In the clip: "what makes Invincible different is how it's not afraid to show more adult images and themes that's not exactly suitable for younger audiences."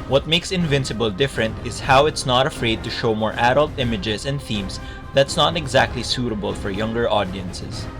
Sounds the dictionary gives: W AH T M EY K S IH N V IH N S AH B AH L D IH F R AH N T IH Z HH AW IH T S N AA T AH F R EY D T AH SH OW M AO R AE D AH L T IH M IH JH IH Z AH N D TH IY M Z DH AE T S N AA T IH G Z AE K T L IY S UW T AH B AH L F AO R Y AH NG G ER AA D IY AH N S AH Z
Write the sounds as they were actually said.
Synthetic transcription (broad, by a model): W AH T M EY K S IH N V IH N S AH B AH L D IH F R AH N T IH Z HH AW IH T S N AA T AH F R EY D T AH SH OW M AO R AE D AH L T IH M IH JH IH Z AH N D TH IY M S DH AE T S N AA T IH G Z AE K T L IY S UW T AH B AH L F AO R Y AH NG G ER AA D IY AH N S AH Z